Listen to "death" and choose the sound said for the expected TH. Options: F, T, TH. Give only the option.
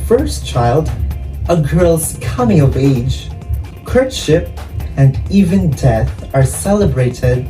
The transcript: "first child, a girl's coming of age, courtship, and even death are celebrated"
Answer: TH